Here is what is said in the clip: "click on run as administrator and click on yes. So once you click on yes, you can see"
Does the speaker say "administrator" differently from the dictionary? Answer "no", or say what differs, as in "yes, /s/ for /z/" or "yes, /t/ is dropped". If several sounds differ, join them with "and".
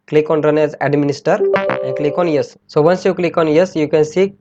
yes, /ɹ/ is dropped